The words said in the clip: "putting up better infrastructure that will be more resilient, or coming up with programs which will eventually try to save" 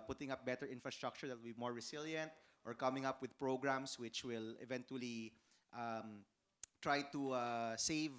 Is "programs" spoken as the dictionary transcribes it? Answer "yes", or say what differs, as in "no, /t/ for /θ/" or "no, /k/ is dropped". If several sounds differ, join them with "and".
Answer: no, /s/ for /z/